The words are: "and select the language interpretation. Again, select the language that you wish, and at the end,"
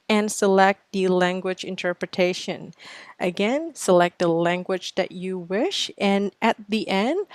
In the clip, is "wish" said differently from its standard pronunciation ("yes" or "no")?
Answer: no